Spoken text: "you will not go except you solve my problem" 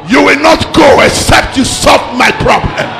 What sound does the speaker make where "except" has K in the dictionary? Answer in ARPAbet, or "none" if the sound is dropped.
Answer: K